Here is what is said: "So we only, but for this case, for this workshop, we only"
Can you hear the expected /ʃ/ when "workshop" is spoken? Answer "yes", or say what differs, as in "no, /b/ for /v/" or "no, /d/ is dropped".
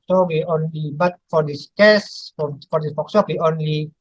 no, /s/ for /ʃ/